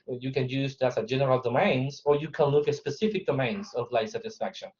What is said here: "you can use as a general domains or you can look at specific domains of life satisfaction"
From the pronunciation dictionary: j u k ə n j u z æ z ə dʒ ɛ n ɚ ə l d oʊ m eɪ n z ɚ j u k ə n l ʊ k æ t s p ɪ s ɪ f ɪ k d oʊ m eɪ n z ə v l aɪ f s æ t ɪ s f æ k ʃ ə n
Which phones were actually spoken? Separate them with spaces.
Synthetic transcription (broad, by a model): j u k ə n j u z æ s ə dʒ ɛ n ɚ ə l d oʊ m eɪ n z ɚ j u k ə n l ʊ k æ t s p ɪ s ɪ f ɪ k d oʊ m eɪ n z ə v l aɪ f s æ t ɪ s f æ k ʃ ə n